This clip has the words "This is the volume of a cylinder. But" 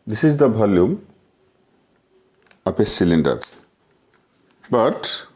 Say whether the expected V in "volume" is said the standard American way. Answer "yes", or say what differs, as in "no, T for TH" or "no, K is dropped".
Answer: no, B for V